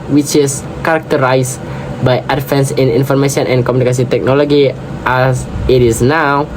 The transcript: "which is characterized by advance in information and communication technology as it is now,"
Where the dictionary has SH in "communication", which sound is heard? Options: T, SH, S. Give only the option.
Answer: S